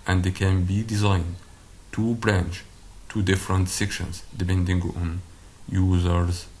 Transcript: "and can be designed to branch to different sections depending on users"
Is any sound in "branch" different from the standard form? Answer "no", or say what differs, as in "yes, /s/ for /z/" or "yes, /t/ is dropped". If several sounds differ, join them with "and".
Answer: no